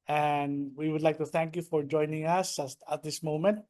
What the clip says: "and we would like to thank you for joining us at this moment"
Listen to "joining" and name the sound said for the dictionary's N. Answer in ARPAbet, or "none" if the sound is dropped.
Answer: N